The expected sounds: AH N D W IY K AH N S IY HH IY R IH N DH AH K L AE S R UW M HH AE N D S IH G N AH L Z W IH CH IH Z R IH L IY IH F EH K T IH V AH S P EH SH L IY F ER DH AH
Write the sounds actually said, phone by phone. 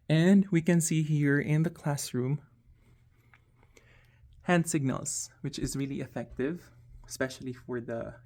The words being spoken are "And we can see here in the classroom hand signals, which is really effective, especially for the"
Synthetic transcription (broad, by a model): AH N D W IY K AH N S IY HH IY R IH N DH AH K L AE S R UW M HH AE N D S IH G N AH L Z W IH CH IH Z R IH L IY IH F EH K T IH V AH S P EH SH L IY F ER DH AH